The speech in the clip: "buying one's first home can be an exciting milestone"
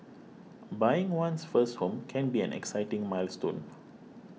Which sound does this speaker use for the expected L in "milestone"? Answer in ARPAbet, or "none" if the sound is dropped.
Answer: L